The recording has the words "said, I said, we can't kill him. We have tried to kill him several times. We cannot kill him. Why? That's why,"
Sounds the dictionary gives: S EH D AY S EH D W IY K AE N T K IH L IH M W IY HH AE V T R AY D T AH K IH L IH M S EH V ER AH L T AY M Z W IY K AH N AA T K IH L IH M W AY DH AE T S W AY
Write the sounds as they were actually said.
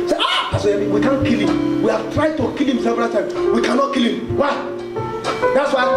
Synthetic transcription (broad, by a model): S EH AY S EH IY W IY K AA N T K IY L IH M W IY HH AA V T R AY D T AH K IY L IH M S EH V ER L T AY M W IY K AH N AA T K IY L IH M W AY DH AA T S W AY